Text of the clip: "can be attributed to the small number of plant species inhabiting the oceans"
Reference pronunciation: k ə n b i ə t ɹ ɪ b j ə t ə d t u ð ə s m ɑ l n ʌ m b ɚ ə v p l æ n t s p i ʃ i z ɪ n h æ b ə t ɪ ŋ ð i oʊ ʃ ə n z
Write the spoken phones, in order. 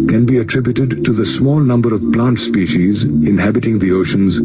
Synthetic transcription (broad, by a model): k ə n b i ə t ɹ ɪ b j ə t ə d t u ð ə s m ɑ l n ʌ m b ɚ ə v p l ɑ n t s p i ʃ i z ɪ n h æ b ə t ɪ ŋ ð i oʊ ʃ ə n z